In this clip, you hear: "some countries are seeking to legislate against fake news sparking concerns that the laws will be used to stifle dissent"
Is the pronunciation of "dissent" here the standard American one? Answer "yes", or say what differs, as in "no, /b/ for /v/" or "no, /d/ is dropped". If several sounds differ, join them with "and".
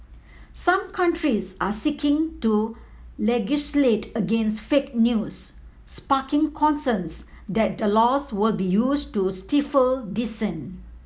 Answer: no, /t/ is dropped